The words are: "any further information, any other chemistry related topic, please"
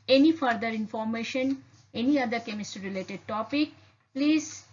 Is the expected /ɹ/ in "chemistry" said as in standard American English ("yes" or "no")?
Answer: no